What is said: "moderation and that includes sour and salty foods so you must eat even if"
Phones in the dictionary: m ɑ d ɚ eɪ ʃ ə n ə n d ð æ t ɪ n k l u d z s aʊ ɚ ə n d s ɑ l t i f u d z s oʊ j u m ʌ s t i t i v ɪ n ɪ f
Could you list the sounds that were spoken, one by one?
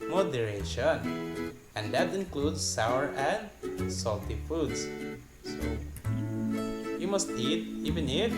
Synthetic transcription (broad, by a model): m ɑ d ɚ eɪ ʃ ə n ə n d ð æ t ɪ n k l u d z s aʊ ɚ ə n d s ɑ l t i f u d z s oʊ j u m ʌ s t i t i v ɪ n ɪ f